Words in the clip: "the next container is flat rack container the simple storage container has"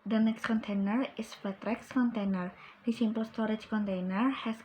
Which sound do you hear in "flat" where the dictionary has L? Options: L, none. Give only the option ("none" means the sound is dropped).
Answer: none